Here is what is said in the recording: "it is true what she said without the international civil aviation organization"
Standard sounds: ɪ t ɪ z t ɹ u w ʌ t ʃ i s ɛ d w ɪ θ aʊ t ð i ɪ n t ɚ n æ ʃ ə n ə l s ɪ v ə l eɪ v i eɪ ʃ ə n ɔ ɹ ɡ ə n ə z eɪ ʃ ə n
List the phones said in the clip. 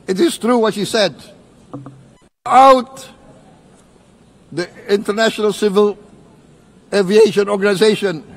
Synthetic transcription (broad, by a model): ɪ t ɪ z t ɹ u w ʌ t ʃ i s ɛ d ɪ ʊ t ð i ɪ n t ɚ n æ ʃ ə n ə l s ɪ v ə l eɪ v i eɪ ʃ ə n ɔ ɹ ɡ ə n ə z eɪ ʃ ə n